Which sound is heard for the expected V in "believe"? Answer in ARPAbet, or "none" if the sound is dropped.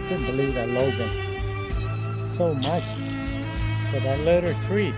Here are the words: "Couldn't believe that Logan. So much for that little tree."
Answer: V